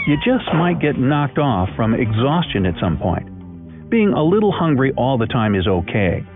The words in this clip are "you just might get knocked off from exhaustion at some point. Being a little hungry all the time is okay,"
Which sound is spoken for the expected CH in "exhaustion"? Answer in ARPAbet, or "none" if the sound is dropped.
CH